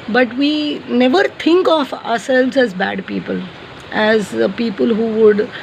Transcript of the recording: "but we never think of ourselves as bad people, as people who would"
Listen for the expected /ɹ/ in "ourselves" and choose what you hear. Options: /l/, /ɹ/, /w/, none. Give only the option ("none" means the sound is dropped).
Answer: /ɹ/